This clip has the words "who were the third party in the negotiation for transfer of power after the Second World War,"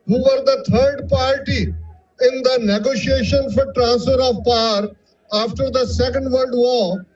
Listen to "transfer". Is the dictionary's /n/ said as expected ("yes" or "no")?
yes